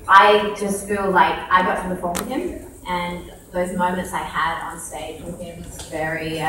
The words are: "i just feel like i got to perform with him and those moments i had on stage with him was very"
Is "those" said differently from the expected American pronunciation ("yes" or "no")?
no